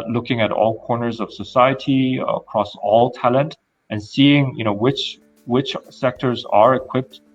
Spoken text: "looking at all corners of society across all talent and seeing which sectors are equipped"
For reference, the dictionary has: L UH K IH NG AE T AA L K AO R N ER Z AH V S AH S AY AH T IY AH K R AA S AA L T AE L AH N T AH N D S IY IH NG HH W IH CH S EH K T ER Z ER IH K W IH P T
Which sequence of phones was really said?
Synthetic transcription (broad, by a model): L UH K IH NG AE T AA L K AO R N ER Z AH V S AH S AY AH T IY AH K R AA S AA L T AE L AH N T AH N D S IY IH NG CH W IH CH S EH K T ER Z ER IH K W IH P T